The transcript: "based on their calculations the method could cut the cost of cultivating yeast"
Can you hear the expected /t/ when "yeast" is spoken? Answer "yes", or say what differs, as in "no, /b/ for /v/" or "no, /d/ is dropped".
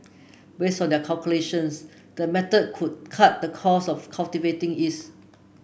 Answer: no, /t/ is dropped